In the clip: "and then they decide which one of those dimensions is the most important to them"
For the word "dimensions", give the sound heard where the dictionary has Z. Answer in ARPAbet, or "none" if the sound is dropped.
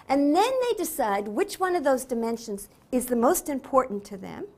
Z